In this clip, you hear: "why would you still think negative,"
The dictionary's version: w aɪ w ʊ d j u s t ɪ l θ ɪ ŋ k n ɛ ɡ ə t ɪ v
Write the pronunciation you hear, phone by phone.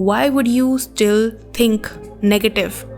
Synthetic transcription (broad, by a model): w aɪ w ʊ d j u s t ɪ l t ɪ ŋ k n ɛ ɡ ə t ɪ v